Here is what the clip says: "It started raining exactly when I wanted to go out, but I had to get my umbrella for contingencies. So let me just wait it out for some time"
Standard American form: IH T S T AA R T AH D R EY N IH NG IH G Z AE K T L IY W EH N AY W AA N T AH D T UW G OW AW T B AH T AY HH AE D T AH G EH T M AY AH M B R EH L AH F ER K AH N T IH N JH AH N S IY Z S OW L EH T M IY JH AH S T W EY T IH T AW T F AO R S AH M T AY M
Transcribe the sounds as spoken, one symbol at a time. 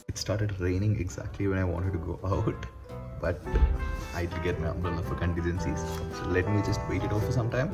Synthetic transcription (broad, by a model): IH T S T AA R T AH D R EY N IH NG IH G Z AE K T L IY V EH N AY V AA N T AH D T UW G OW AW T B AH T AY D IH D G EH T M AY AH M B AH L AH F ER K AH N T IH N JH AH N S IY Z S OW L EH T M IY JH AH S T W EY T IH T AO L F AO R S AH M T AY M